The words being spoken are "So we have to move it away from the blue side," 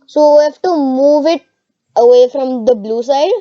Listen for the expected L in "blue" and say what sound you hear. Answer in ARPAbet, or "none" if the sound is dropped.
L